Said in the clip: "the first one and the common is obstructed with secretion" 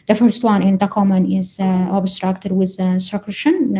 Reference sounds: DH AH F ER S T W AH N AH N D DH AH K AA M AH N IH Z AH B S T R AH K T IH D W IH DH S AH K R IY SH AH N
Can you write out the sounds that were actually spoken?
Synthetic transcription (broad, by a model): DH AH F ER S T W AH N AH N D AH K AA M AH N IH Z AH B S T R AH K T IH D W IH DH S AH K R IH SH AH N